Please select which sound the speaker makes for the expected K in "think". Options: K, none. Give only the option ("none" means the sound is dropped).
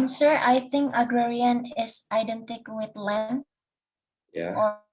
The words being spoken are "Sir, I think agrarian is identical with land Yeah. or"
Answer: K